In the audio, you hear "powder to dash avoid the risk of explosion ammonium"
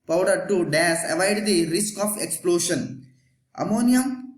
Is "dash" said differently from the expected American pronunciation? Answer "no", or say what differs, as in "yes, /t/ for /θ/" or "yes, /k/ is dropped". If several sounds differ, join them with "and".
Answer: yes, /s/ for /ʃ/